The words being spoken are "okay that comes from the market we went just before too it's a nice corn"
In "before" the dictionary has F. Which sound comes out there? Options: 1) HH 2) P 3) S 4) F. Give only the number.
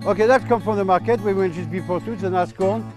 2